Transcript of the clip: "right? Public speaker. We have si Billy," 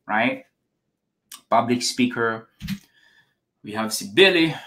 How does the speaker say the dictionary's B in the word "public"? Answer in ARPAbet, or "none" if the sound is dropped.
B